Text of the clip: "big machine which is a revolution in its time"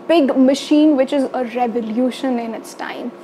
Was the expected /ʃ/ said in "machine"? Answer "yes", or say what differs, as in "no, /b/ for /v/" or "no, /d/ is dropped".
yes